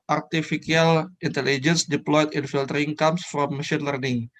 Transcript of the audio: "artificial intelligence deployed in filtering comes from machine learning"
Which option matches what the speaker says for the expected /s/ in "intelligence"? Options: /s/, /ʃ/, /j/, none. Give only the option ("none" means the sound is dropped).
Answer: /s/